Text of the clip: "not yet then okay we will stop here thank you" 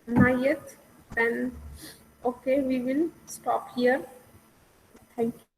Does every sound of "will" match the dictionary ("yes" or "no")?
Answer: yes